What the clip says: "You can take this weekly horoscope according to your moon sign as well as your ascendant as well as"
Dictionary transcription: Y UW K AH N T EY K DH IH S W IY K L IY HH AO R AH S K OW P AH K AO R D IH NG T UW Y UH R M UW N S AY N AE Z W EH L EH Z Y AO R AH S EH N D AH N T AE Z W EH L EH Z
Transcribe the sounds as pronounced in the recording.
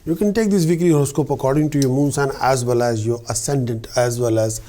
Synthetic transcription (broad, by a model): Y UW K AH N T EY K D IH S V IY K IY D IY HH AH S K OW P AH K AO R D IH NG T UW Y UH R M UW N S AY N AE Z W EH L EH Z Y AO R AH S EH N D AH N T AE Z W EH L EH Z